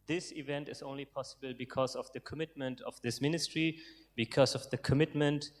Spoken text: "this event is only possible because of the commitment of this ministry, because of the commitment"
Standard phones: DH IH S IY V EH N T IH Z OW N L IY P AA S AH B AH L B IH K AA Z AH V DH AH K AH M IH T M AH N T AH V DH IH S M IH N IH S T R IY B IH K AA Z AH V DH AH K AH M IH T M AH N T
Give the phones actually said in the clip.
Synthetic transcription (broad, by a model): DH IH S IY V EH N T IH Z OW N L IY P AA S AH B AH L B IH K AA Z AH V DH AH K AH M IH T M AH N T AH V DH IH S M IH N IH S T R IY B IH K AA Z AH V DH AH K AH M IH T M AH N T